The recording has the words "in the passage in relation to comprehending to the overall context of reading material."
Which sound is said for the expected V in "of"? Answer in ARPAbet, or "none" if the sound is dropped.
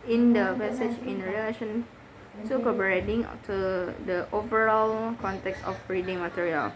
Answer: B